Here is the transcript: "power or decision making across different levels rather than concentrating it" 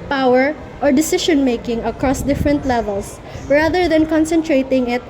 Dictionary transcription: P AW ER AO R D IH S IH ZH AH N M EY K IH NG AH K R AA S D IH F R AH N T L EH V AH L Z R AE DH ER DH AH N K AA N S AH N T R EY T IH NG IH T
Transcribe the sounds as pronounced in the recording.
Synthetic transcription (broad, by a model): P AW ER AO R D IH S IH SH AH N M EY K IH NG AH K R AA S D IH F R AH N T L EH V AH L S R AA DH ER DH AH N K AA N S AH N T R EY T IH NG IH T